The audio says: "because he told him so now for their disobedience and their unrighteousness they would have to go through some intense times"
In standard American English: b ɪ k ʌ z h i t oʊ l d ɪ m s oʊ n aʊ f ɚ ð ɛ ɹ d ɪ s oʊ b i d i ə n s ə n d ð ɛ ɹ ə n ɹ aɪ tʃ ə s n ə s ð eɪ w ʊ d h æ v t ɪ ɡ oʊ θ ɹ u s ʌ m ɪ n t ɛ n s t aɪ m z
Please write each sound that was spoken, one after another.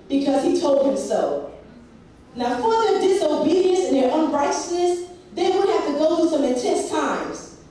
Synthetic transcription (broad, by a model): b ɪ k ʌ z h i t oʊ l d ɪ m s oʊ n aʊ f ɚ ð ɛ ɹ d ɪ s oʊ b i d i ə n s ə n ð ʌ ɹ ə n ɹ aɪ tʃ ə s n ə s ð eɪ w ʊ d h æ f t ɪ ɡ oʊ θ u s ʌ m ɪ n t ɛ n s t aɪ m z